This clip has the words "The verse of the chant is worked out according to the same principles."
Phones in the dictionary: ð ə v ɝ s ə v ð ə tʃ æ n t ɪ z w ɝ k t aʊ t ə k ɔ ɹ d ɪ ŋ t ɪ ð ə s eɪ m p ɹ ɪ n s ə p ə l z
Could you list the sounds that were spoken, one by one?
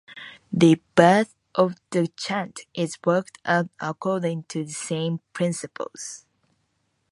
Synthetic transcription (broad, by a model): ð ə b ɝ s ə v ð ə tʃ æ n t ɪ z w ɝ k t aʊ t ə k ɔ ɹ d ɪ ŋ t ɪ ð ə s eɪ m p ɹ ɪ n s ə p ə l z